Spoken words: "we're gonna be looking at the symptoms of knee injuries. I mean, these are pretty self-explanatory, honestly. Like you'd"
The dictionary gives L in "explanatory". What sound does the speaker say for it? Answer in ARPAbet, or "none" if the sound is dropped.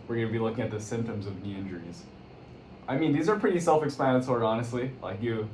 none